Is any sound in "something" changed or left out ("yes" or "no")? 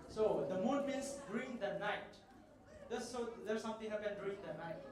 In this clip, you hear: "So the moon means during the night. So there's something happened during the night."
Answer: yes